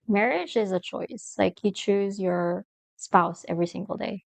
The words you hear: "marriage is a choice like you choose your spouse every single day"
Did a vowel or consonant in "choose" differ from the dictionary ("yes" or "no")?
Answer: no